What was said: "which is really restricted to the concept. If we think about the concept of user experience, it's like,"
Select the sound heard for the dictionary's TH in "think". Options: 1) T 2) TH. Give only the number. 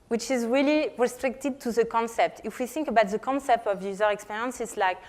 2